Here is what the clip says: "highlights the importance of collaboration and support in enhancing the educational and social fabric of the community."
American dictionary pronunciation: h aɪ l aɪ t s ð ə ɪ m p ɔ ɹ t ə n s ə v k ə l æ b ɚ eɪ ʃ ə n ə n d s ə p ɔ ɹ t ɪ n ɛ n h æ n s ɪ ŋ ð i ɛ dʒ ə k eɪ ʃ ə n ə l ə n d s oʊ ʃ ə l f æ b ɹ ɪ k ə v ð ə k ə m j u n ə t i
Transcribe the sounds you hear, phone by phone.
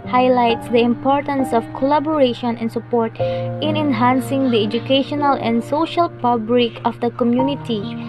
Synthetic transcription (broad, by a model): h aɪ l aɪ t s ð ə ɪ m p ɔ ɹ t ə n s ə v k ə l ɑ b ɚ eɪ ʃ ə n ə n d s ə p ɔ ɹ t ɪ n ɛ n h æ n s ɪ ŋ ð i ɛ dʒ ə k eɪ ʃ ə n ə l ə n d s oʊ ʃ ə l p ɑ b l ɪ k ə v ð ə k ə m j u n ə t i